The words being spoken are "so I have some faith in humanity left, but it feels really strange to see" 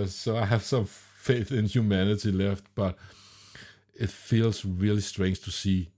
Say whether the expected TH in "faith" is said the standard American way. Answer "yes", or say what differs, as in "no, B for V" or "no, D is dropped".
yes